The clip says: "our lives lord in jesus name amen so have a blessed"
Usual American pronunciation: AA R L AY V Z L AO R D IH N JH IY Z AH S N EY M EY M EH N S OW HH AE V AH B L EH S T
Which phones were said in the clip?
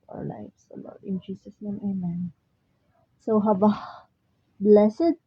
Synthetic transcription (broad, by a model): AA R L AY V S L AO R D IH N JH IY S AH S N EY M EY M EH N S OW HH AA B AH B L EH S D